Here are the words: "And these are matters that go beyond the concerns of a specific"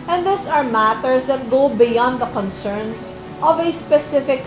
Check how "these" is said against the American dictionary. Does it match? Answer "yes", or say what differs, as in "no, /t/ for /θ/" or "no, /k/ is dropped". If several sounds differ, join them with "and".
no, /s/ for /z/